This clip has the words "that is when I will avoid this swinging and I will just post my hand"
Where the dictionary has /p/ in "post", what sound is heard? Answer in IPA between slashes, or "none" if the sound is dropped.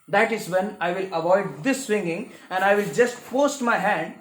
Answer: /f/